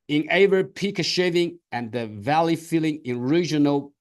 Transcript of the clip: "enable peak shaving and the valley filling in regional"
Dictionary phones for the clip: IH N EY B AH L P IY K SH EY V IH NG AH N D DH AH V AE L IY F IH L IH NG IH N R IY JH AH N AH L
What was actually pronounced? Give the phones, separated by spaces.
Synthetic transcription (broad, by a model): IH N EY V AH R P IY K SH EY V IH NG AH N DH AH V AE L IY F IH L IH NG IH N R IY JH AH N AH L